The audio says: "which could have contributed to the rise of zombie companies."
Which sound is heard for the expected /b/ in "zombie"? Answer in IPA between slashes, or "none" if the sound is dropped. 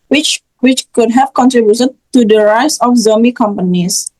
none